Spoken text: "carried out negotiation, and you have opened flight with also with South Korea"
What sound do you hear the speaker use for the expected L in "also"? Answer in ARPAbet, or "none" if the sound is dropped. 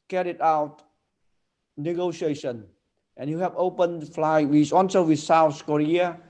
N